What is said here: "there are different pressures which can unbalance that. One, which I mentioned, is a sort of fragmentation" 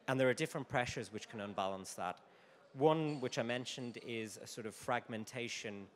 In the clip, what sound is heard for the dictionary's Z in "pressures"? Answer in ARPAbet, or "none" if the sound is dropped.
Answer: Z